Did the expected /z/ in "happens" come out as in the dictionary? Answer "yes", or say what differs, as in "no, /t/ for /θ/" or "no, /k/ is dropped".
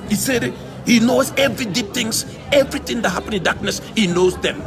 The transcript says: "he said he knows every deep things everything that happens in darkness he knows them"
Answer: no, /z/ is dropped